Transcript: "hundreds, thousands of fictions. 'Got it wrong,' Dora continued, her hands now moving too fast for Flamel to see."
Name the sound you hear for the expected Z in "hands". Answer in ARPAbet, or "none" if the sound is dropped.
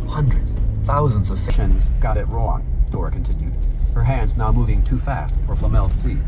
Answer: Z